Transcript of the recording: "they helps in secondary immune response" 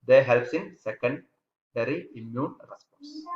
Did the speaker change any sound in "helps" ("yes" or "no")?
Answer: no